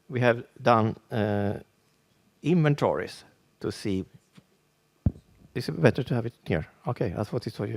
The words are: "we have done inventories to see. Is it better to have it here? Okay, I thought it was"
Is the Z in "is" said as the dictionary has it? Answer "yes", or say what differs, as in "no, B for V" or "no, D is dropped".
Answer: no, S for Z